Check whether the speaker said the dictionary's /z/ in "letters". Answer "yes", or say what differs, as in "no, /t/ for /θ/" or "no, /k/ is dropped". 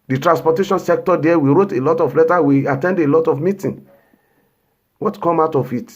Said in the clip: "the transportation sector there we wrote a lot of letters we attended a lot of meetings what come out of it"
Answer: no, /z/ is dropped